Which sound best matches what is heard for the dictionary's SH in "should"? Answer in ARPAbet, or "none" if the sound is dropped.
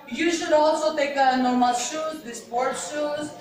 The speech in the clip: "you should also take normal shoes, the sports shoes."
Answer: SH